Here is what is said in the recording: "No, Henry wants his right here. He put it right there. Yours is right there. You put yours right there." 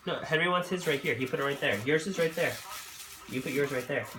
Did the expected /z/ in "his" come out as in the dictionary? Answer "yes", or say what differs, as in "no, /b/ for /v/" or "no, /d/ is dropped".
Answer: yes